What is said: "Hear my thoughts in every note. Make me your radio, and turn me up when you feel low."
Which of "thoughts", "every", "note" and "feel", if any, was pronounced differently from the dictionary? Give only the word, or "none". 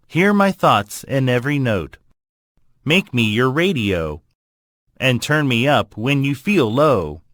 none